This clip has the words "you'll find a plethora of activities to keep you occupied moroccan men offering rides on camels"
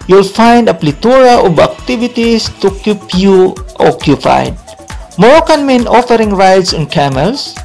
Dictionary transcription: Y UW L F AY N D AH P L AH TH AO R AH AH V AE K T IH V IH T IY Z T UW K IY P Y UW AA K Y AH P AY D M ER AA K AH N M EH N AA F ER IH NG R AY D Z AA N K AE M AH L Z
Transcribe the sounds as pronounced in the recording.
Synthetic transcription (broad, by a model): Y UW L F AY N D AH P L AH T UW R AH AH B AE K T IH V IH T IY S T UW K IY P Y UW AA K Y AH P AY D M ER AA K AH N M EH N AA F ER IH NG R AY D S AA N K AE M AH L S